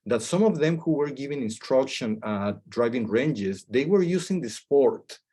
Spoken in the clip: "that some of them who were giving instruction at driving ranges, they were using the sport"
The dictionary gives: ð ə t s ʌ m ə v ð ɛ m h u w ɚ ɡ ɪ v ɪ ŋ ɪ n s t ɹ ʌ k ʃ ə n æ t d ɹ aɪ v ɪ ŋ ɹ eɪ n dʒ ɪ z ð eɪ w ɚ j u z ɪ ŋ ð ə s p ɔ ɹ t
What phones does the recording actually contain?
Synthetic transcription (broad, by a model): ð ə t s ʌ m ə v ð ɛ m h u w ɚ ɡ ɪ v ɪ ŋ ɪ n s t ɹ ʌ k ʃ ə n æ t d ɹ aɪ v ɪ ŋ ɹ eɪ n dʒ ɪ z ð eɪ w ɚ j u s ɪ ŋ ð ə s p ɔ ɹ t